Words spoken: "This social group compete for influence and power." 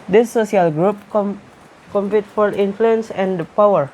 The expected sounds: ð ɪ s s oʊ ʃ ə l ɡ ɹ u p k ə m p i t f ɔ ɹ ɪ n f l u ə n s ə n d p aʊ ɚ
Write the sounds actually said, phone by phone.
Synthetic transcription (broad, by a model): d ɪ s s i ə l ɡ ɹ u p k ə m p i t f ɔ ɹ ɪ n f l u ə n s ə n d p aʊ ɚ